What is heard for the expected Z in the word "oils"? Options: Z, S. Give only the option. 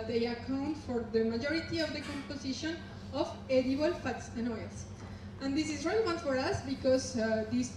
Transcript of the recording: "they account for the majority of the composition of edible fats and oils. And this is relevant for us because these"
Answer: S